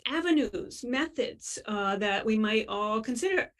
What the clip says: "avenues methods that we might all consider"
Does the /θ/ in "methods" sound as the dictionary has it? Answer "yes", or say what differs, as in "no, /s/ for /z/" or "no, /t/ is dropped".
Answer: yes